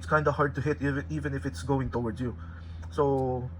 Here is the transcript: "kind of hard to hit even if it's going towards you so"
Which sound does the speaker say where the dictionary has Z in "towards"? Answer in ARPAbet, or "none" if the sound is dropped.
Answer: none